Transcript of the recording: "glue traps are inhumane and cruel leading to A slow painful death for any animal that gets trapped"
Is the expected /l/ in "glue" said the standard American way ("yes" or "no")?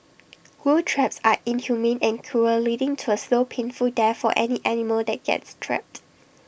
no